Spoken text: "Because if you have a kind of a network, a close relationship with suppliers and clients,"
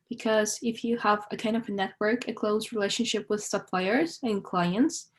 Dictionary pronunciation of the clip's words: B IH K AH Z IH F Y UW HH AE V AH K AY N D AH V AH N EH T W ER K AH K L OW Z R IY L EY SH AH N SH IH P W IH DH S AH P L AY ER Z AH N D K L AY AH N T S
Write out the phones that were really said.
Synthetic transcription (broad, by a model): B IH K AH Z IH F Y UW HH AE V AH K AY N D AH V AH N EH T W ER K AH K L OW Z R IY L EY SH AH N SH IH P W IH DH S AH P L AY ER Z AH N K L AY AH N T S